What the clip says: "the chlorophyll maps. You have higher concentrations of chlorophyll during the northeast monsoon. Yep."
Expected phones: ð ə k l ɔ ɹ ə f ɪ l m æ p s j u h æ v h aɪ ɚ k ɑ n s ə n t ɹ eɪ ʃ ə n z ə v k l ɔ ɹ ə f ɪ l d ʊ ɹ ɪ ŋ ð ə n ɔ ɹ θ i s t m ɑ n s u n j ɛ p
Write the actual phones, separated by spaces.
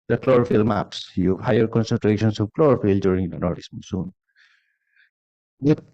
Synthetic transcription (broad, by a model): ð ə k l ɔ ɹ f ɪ l m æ p s j u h h aɪ ɚ k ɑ n s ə n t ɹ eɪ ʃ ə n s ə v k l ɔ ɹ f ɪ l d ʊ ɹ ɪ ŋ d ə n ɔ ɹ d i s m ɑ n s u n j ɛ